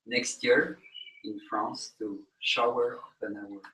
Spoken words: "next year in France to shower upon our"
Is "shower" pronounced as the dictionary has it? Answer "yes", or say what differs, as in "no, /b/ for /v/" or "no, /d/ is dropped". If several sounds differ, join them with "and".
yes